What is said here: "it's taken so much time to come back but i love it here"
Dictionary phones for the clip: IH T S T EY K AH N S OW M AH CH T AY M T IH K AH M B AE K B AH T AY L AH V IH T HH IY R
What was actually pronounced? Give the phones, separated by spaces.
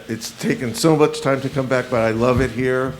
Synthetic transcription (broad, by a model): IH T S T EY K AH N S OW M AH CH T AY M T IH K AH M B AE K B AH T AY L AH V IH T HH IY R